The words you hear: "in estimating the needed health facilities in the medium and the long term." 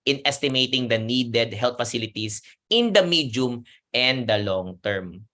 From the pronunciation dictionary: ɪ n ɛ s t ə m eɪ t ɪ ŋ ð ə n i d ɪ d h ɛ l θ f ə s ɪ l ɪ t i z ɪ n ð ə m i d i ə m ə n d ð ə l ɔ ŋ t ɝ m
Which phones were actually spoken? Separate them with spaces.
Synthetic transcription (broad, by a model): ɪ n ɛ s t ə m eɪ t ɪ ŋ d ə n i d ɪ d h ɛ l t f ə s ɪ l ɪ t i s ɪ n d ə m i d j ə m ə n d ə l ɔ ŋ t ɝ m